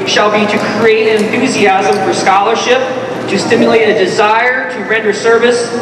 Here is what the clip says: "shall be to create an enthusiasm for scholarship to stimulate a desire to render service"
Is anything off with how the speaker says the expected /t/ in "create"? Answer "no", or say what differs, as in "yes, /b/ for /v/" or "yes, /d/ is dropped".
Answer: yes, /t/ is dropped